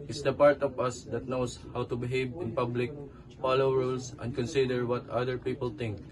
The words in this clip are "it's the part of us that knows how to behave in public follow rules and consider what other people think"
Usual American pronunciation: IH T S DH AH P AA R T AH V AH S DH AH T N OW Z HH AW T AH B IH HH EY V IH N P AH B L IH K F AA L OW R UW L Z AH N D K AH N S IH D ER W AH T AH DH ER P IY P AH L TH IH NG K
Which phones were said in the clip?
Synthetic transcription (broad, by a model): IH T S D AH P AA R T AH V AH S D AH T N OW S HH AW T AH B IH HH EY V IH N P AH B L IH K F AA L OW R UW L S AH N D K AH N S IH D ER W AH T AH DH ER P IY P AH L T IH NG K